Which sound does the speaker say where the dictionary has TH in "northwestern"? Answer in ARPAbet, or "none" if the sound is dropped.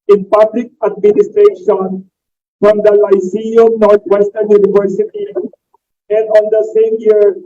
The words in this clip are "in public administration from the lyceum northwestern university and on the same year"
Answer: T